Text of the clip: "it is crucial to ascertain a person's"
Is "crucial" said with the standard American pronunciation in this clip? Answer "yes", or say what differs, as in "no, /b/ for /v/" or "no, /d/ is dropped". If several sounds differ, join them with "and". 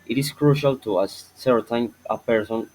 yes